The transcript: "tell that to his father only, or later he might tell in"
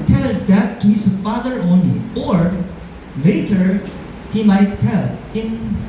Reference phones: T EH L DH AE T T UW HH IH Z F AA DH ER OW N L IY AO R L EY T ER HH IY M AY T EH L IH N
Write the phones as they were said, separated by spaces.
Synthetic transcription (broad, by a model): T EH L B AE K T UW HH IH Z F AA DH ER OW N L IY AO R L EY T ER HH IY M AY T EH L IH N